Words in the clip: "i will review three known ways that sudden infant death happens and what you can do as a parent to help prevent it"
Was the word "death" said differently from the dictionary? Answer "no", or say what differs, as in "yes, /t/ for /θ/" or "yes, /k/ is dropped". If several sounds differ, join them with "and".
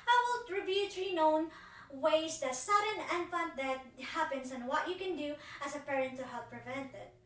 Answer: yes, /t/ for /θ/